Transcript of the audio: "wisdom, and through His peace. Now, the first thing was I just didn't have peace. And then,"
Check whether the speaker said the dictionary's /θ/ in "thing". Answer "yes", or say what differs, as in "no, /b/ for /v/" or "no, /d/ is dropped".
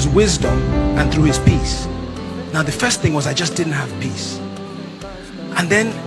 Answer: yes